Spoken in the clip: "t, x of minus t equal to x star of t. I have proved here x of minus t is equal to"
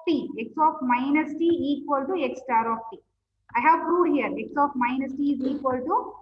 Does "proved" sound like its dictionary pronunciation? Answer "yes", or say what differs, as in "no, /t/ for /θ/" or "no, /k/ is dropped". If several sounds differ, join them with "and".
no, /v/ is dropped